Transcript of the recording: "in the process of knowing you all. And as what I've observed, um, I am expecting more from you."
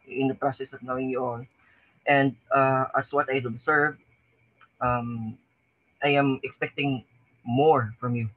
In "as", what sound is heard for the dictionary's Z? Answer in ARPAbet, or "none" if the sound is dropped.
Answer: S